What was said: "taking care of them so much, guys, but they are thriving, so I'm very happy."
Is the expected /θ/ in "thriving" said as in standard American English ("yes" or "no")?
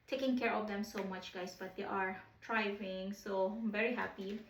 no